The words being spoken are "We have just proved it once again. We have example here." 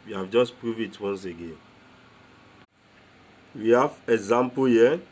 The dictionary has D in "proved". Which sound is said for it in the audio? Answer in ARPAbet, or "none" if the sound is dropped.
none